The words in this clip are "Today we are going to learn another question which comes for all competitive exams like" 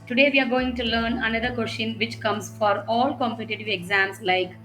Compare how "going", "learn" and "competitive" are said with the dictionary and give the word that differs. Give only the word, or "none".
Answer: none